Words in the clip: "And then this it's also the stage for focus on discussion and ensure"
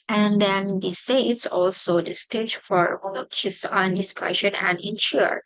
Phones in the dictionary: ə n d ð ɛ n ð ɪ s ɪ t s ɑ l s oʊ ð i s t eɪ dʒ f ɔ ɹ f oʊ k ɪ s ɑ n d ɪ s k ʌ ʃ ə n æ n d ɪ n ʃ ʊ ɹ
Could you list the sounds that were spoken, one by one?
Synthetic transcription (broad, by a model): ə n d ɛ n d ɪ s ɪ t s ɑ l s oʊ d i s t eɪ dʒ f ɔ ɹ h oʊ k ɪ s ɑ n d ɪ s k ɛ ʃ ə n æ n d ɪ n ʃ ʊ ɹ